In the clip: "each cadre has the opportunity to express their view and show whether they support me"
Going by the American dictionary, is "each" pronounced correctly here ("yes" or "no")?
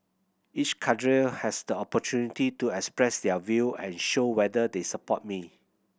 yes